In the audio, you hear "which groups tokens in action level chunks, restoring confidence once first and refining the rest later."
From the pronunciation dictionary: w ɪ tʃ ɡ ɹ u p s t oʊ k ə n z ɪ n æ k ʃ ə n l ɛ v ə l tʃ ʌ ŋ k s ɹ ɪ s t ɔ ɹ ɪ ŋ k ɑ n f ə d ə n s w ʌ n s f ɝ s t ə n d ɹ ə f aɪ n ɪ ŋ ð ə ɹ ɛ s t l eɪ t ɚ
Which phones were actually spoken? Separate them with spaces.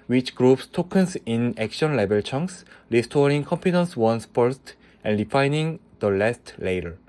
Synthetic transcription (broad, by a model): w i tʃ ɡ ɹ u p s t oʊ k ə n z ɪ n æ k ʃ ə n l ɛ b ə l tʃ ʌ ŋ k s ɹ ɪ s t ɔ ɹ ɪ ŋ k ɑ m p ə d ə n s w ʌ n s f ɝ s t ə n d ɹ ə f aɪ n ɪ ŋ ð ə l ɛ s t l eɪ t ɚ